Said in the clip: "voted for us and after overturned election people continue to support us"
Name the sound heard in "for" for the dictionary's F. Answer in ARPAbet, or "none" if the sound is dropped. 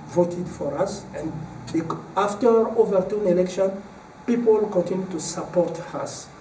F